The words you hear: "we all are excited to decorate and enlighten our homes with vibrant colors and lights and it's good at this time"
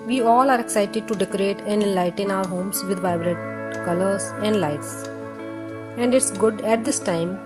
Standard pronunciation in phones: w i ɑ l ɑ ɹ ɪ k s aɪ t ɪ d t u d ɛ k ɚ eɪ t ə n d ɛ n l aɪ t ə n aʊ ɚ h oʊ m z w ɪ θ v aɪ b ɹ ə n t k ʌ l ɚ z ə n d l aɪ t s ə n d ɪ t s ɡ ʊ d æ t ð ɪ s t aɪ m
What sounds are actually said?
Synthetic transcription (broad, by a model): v i ɑ l ɑ ɹ ɪ k s aɪ t ɪ d t u d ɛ k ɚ eɪ t ə n d ɛ n l aɪ t ə n aʊ ɚ h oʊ m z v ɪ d v aɪ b ɹ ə t k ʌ l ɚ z ə n d l aɪ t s ə n d ɪ t s ɡ ʊ d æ t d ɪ s t aɪ m